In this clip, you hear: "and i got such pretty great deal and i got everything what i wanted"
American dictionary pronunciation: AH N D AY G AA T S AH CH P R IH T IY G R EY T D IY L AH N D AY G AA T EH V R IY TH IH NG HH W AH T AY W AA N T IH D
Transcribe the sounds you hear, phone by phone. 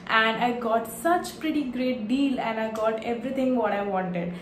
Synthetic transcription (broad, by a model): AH N D AY G AA T S AH CH P R IH T IY G R EY T D IY L AH N D AY G AA T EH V R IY T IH NG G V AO T AY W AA N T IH D